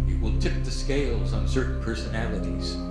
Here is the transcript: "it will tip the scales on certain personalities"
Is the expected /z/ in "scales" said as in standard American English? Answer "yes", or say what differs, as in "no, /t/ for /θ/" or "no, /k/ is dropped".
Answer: yes